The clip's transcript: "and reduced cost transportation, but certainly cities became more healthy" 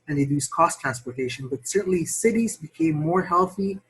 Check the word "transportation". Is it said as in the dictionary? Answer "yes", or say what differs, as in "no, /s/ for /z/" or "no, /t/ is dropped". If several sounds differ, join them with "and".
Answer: yes